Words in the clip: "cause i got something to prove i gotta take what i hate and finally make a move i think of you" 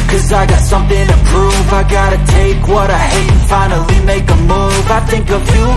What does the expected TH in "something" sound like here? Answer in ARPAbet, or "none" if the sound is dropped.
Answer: TH